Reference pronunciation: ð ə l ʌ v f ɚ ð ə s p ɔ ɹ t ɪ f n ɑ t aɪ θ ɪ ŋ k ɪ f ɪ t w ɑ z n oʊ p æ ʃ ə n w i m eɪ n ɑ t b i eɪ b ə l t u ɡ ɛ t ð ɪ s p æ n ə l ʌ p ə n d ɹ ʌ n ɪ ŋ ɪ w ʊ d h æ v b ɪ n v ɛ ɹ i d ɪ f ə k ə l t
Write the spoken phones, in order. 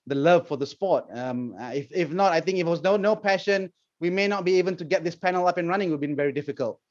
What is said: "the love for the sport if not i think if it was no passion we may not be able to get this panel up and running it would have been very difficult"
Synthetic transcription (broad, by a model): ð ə l ʌ v f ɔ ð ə s p ɔ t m ɪ f n ɑ t aɪ θ ɪ ŋ k ɪ f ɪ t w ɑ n n oʊ p æ ʃ ə n w i m eɪ n ɑ t b i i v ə n t u ɡ ɛ t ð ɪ s p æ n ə l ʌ p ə n ɹ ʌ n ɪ ŋ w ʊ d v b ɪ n v ɛ ɹ i d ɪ f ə k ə l t